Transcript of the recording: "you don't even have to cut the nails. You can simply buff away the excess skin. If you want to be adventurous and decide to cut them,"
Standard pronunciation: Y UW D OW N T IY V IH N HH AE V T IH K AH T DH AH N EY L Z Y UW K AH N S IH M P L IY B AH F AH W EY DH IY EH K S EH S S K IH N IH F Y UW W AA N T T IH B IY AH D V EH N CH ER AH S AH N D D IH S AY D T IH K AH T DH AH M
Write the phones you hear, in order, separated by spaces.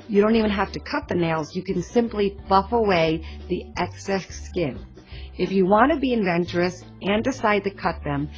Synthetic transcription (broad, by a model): Y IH D OW N T IY V IH N HH AE F T IH K AH T DH AH N EY L Z Y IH K AH N S IH M P L IY B AH F AH W EY DH IY EH K S EH S S K IH N IH F Y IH W AA N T T IH B IY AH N V EH N CH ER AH S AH N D D IH S AY D T IH K AH T DH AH M